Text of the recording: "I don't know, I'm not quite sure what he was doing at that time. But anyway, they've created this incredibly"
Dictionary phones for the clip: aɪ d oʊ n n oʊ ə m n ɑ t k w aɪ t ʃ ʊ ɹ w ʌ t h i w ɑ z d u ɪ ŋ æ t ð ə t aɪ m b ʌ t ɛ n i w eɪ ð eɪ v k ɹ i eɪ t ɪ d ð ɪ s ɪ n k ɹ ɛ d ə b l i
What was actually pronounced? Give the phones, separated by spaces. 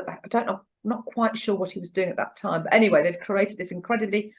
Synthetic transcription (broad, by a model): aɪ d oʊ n n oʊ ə n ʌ t k w aɪ t ʃ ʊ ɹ w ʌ t h i w ɑ z d u ɪ ŋ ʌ t ð ə t aɪ m b ʌ t ɛ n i w eɪ ð eɪ v k ɹ i eɪ t ɪ d ð ɪ s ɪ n k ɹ ɛ d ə b l i